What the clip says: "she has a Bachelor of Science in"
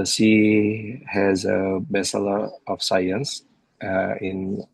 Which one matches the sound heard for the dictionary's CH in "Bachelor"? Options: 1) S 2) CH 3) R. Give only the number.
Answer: 1